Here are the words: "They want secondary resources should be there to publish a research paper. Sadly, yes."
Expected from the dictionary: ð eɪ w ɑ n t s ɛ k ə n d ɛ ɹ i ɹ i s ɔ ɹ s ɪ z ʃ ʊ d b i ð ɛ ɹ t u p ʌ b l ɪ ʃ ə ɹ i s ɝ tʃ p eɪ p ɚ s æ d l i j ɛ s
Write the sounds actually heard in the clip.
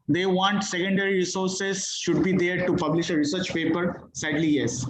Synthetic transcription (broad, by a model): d eɪ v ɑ n t s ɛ k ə n d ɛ ɹ i ɹ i s ɔ ɹ s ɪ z ʃ ʊ d b i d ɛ ɹ t u p ʌ b l ɪ ʃ ə ɹ i s ɝ tʃ p eɪ p ɚ s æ d l i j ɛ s